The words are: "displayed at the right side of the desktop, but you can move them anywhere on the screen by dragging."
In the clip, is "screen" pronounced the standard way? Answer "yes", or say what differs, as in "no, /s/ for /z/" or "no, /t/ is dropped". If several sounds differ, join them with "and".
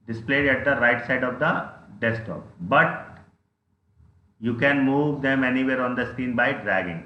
no, /ɹ/ is dropped